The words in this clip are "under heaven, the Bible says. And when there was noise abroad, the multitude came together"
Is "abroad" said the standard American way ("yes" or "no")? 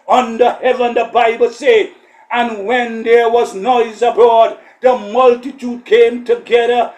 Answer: no